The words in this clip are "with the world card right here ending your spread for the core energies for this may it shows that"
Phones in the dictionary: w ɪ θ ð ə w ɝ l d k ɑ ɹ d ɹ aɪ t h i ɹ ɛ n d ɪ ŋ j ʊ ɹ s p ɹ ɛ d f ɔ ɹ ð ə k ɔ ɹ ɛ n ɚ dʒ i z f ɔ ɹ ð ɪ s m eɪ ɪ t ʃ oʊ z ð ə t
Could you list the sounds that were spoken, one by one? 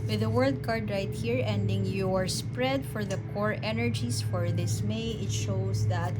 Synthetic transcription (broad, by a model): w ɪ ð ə w ɝ l d k ɑ ɹ d ɹ aɪ t h i ɹ ɛ n d ɪ ŋ j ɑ ɹ s p ɹ ɛ d f ɔ ɹ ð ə k ɔ ɹ ɛ n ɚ dʒ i s f ɔ ɹ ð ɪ s m eɪ ɪ t ʃ oʊ s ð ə t